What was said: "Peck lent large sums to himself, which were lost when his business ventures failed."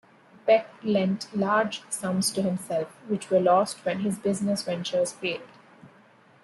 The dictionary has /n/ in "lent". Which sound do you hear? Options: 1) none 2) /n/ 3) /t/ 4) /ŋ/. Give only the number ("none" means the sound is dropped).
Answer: 2